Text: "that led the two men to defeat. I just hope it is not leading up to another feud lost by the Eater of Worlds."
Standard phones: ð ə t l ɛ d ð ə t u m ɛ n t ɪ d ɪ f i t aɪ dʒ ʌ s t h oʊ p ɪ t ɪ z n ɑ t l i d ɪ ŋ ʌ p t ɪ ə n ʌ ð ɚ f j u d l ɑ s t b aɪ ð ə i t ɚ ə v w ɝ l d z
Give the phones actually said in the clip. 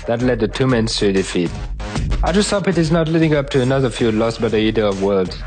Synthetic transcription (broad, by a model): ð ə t l ɛ d ð ə t u m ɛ n t ɪ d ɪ f i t aɪ dʒ ʌ s t h oʊ p ɪ t ɪ z n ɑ t l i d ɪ ŋ ʌ p t ɪ ə n ʌ ð ɚ f j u l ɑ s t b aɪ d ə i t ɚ ə v w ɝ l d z